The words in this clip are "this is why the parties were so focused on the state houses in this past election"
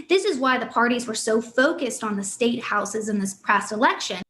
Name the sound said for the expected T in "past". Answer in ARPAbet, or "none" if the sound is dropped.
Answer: none